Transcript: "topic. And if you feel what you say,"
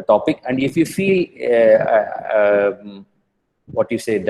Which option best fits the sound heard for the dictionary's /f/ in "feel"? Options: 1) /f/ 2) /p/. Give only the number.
1